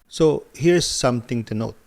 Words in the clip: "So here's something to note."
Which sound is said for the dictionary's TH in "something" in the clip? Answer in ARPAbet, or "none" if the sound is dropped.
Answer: T